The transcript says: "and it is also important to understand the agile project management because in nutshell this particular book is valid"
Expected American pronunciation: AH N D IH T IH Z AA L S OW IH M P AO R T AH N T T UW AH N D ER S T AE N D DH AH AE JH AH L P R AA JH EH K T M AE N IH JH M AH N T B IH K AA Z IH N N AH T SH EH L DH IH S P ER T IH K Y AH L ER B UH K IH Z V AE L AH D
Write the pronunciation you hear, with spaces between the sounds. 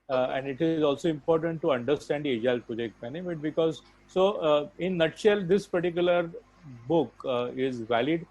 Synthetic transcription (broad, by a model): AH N D IH T IH Z AA L S OW IH M P AO R T AH N T T UW AH N D ER S T AE N D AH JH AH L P AA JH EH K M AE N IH M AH T B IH K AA Z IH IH N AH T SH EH L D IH S P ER T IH K Y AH L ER B UH K IH Z V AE L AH D